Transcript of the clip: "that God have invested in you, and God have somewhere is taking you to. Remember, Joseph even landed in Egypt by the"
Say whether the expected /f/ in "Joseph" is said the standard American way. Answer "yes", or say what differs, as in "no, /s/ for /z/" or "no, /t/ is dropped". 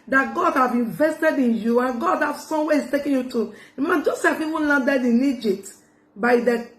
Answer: no, /p/ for /f/